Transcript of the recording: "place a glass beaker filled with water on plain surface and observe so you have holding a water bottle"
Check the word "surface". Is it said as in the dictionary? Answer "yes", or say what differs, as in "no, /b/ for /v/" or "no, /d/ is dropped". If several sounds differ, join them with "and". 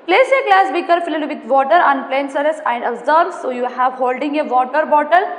no, /f/ is dropped